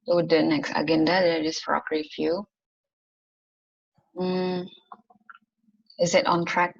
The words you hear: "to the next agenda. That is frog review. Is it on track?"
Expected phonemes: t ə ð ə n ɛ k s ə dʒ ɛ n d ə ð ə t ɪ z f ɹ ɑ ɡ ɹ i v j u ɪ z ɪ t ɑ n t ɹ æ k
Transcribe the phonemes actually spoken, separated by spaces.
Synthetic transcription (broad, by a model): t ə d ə n ɛ k s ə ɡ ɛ n d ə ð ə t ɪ s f ɹ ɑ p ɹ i f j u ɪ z ɪ t ɑ n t ɹ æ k